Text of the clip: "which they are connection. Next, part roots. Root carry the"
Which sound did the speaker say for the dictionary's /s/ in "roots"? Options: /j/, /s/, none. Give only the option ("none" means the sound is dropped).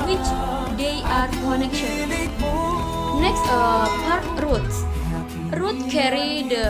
none